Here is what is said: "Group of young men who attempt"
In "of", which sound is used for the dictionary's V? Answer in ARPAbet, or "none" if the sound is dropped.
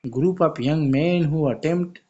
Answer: P